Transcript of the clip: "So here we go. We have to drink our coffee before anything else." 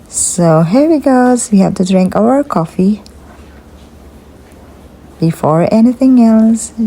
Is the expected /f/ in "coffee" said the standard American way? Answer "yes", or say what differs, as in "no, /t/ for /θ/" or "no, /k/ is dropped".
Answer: yes